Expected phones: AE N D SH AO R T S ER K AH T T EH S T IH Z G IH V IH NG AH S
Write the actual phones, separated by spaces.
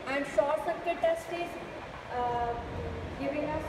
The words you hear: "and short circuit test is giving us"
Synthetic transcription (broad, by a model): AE N D S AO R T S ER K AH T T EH S T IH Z G IH V IH NG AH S